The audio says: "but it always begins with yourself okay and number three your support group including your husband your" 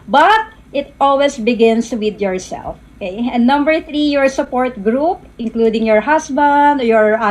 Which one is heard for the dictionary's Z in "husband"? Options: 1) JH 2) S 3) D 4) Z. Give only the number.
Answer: 2